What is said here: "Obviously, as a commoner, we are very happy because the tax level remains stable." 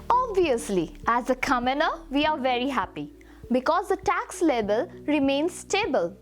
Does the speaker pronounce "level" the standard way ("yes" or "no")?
no